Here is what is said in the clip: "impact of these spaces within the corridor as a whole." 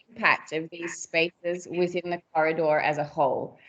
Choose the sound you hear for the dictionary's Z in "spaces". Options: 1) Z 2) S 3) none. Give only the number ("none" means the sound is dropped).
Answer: 1